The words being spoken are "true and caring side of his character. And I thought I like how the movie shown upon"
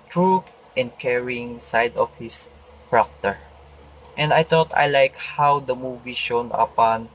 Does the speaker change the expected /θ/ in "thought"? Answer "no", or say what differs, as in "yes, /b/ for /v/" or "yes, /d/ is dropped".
yes, /t/ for /θ/